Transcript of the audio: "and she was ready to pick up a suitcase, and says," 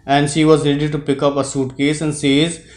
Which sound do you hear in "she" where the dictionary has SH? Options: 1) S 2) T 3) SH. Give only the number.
3